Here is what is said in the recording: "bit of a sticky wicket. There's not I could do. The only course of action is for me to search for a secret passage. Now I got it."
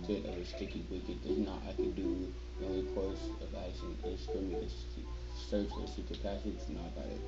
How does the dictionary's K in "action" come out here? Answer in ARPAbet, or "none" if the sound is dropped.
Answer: none